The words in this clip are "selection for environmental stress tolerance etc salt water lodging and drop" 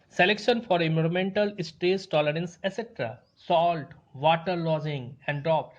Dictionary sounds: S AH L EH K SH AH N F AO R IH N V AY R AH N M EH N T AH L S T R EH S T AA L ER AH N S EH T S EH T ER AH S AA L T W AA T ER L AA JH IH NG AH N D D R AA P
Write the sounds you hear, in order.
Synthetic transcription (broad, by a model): S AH L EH K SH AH N F AO R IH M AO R M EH N T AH L S T EH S T AA L ER AH N S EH S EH T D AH S AA L T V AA T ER L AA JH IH NG AH N D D R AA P